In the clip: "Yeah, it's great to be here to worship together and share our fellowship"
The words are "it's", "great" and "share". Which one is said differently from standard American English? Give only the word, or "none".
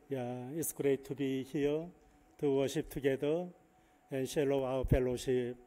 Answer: share